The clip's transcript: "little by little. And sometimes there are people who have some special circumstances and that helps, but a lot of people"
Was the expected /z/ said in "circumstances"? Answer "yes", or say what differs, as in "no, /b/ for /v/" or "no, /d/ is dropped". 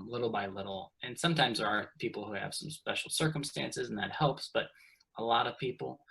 yes